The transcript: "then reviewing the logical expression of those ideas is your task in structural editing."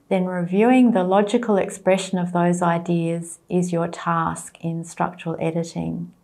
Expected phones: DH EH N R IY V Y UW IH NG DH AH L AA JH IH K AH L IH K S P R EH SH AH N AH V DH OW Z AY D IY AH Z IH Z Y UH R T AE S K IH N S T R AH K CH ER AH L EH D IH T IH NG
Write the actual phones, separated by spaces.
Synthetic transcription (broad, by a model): DH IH N R IY V Y UW IH NG DH AH L AA JH IH K AH L IH K S P R EH SH AH N AH V DH OW Z AY D IY AH Z IH Z Y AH R T AE S K IH N S T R AH K CH ER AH L EH D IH T IH NG